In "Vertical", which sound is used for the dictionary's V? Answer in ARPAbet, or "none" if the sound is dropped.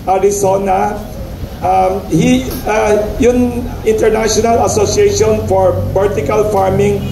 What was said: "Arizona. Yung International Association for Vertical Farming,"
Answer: B